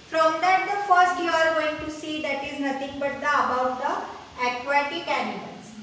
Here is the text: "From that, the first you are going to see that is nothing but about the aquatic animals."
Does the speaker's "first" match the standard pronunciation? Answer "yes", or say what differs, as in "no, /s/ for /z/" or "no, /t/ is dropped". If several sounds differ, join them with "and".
yes